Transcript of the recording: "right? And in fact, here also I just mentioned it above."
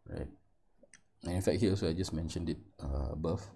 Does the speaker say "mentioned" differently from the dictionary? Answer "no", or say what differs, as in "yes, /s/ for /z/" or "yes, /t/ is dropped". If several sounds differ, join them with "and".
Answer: no